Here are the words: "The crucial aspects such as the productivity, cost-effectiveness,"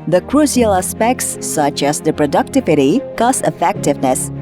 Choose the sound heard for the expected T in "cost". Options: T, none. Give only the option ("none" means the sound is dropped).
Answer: none